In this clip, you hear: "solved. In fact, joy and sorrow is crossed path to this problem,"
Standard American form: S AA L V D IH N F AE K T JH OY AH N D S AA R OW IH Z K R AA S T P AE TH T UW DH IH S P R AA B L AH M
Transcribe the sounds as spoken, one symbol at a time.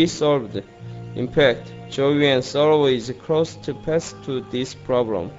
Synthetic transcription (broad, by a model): S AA L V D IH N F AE K T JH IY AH N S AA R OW IH Z K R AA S T P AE S T UW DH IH S P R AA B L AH M